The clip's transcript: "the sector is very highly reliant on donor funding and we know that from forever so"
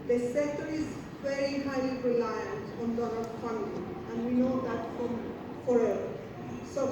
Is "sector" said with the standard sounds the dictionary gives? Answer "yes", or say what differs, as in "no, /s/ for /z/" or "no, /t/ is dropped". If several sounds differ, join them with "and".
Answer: no, /k/ is dropped